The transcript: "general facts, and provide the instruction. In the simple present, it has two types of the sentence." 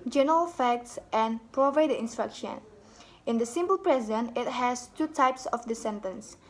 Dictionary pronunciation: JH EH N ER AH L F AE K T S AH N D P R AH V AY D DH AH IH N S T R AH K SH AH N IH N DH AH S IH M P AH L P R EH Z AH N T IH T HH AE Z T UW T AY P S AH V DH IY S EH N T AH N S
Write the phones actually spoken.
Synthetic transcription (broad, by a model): JH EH N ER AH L F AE K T S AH N P R AH V AY D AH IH N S T R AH K SH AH N IH N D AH S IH M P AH L P R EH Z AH N IH T HH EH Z T UW T AY P S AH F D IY S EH N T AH N S